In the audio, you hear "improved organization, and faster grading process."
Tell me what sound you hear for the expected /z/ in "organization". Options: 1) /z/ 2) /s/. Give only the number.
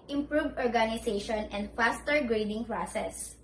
2